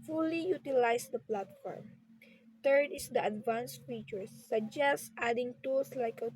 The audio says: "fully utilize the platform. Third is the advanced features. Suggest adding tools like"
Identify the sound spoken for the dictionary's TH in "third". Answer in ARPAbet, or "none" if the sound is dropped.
T